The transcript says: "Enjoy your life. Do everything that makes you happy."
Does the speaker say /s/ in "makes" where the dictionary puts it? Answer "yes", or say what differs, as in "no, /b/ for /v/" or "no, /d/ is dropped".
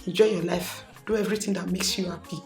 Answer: yes